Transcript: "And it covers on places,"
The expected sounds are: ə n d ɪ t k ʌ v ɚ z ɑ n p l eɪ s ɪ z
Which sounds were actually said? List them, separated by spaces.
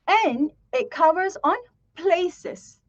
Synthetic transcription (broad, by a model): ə n ɪ t k ʌ v ɚ z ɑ n p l eɪ s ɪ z